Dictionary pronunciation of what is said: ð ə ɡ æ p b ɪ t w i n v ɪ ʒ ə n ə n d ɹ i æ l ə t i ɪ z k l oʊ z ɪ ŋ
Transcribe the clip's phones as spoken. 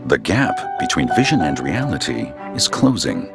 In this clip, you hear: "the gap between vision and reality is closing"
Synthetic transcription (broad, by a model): ð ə ɡ æ p b ɪ t w i n v ɪ ʒ ə n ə n ɹ i æ l ə t i ɪ z k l oʊ z ɪ ŋ